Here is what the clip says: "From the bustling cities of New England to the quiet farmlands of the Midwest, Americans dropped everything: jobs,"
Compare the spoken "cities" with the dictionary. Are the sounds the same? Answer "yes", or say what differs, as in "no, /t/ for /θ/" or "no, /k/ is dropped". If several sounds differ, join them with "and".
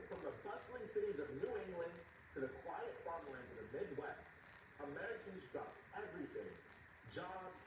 yes